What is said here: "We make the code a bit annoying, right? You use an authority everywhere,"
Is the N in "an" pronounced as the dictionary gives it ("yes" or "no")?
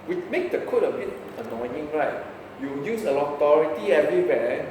no